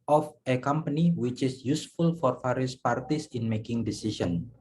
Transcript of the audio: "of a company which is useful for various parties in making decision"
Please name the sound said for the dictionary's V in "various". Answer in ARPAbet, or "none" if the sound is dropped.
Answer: F